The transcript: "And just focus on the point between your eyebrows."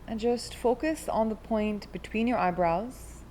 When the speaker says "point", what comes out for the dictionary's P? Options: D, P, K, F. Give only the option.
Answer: P